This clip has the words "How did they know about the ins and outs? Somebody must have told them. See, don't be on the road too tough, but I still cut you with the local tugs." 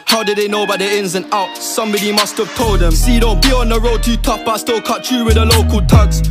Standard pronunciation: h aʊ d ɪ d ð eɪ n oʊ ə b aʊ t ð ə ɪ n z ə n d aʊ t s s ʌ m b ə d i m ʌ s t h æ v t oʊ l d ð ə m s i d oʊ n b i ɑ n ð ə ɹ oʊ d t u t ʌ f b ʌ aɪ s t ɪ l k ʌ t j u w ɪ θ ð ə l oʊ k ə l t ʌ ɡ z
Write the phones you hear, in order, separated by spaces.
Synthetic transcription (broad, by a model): h aʊ d ɪ d ð eɪ n oʊ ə b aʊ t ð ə ɪ n z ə n aʊ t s s ʌ m b ə d i m ʌ s t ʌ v t oʊ l d ð ə m s i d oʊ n b i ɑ n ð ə ɹ oʊ d t u t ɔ p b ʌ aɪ s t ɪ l k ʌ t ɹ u w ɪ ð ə l oʊ k ə l t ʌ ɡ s